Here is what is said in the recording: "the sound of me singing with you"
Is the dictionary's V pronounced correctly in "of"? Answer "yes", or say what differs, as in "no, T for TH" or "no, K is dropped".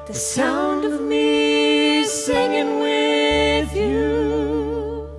yes